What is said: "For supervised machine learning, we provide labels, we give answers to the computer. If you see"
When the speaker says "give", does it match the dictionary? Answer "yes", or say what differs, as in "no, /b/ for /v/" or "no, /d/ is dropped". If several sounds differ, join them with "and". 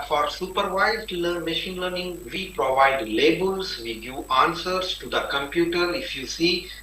no, /v/ is dropped